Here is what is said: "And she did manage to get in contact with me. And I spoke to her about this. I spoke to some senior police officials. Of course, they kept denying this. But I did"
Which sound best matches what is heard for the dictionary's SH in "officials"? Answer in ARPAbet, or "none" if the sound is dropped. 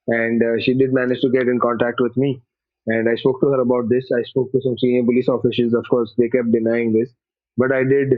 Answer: S